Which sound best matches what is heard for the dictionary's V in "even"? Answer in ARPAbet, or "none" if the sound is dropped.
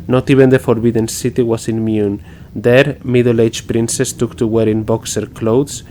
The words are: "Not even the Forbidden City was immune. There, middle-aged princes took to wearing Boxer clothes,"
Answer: B